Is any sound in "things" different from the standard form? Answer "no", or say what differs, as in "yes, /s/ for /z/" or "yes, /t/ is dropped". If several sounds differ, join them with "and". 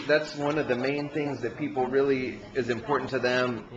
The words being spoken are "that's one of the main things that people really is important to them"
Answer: no